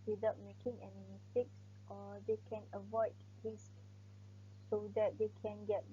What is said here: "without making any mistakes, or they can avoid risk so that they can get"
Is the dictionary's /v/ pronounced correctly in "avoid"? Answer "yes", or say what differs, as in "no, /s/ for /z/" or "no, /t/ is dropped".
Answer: yes